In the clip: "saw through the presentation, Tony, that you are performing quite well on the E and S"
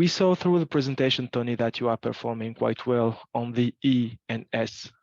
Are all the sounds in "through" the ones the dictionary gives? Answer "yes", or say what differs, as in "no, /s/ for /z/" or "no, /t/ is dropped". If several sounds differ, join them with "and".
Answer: yes